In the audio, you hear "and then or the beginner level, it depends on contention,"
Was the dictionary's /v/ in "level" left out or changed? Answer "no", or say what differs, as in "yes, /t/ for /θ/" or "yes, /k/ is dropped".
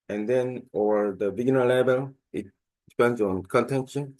yes, /b/ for /v/